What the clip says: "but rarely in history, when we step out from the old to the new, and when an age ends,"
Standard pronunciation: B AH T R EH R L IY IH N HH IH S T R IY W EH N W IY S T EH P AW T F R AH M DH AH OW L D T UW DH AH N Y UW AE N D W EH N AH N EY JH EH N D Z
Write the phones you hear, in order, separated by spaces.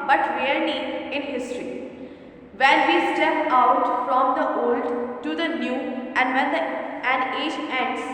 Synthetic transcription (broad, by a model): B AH T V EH R N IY IH N HH IH S T R IY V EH N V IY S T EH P AW T F R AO M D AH OW L D T UW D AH N Y UW AE N D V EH N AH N EY JH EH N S